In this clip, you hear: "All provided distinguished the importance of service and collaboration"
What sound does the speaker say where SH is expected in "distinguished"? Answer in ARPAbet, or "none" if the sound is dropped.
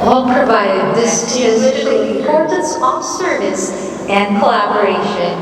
none